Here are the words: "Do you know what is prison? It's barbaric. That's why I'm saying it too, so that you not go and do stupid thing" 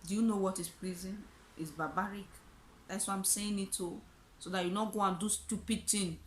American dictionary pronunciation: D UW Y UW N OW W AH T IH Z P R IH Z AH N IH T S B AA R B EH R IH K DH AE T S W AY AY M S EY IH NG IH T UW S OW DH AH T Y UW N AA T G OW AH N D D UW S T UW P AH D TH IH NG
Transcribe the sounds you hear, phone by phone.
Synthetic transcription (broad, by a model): D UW Y UW N OW W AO T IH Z P L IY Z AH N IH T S B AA B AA R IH K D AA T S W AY AY M S EY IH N IH T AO S OW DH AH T Y UW N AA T G OW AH N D D UW S T UW P AH D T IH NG